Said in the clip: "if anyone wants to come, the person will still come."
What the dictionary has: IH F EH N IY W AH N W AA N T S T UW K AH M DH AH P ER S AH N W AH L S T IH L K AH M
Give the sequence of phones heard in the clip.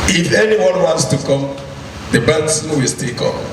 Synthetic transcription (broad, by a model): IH F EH N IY W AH N W AA N T S T UW K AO M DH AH B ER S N W AH L S T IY L K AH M